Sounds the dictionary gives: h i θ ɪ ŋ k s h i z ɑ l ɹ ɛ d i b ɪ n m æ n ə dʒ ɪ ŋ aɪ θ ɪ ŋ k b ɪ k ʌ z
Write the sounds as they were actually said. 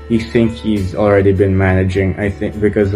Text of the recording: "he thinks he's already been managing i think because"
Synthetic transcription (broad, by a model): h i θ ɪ ŋ k h i z ɑ l ɹ ɛ d i b ɪ n m æ n ə dʒ ɪ ŋ aɪ θ ɪ ŋ k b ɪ k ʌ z